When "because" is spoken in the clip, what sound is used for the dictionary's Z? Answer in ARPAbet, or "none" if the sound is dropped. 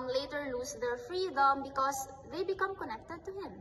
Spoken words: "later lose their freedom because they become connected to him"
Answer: S